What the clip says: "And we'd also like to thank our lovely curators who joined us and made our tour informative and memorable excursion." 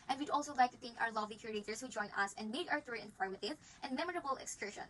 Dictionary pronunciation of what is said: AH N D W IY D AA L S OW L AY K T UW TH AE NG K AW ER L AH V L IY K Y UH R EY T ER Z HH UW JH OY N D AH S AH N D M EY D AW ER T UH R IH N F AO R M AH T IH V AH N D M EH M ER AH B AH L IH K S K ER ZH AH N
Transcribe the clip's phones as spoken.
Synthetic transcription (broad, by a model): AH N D W IY D AA L S OW L AY K T UW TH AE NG K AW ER L AH V L IY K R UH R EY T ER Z HH UW JH OY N AH S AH N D M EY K AW ER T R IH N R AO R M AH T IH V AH N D M EH M ER AH B AH L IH K S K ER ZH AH N